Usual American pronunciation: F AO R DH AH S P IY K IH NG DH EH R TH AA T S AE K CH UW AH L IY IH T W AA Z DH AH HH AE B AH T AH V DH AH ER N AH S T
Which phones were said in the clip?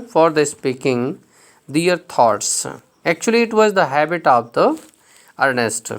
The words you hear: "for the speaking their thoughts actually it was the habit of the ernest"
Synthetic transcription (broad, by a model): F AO R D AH S P IY K IH NG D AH R T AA T S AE K CH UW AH L IY IH T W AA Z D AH HH AE B AH T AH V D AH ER N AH S T